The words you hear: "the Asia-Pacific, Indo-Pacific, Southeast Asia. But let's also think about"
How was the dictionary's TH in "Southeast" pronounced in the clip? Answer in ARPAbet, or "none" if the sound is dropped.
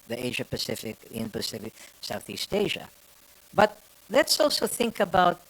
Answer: TH